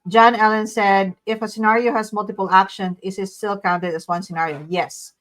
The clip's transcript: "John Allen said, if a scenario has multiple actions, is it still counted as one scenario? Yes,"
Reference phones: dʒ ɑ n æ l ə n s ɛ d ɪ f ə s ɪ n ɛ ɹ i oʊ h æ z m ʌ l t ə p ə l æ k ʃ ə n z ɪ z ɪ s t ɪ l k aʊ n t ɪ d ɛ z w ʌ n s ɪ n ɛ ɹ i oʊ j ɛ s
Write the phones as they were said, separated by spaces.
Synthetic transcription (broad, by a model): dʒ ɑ n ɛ l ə n s ɛ d ɪ f ə s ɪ n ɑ ɹ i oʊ h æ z m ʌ l t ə p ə l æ k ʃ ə n ɪ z ɪ s t ɪ l k aʊ n t ɪ d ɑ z w ʌ n s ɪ n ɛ ɹ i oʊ j ɛ s